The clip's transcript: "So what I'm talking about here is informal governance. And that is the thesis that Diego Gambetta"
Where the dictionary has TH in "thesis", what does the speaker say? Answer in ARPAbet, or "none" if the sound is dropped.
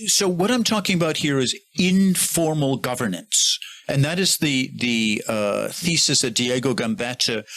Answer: TH